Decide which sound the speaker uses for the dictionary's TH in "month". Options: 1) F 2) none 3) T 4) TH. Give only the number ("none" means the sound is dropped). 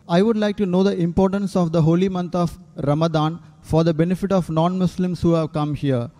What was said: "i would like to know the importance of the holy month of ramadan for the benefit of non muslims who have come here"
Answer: 3